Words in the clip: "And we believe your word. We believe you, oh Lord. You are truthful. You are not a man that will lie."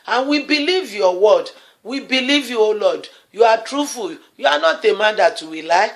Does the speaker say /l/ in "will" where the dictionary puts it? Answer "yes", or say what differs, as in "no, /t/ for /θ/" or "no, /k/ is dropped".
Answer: no, /w/ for /l/